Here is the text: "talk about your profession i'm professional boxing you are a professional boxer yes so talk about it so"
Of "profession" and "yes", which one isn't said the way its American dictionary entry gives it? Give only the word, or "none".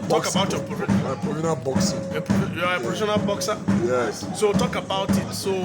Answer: profession